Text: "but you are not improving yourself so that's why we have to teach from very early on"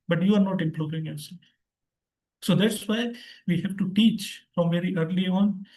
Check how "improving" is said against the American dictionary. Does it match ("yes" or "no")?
no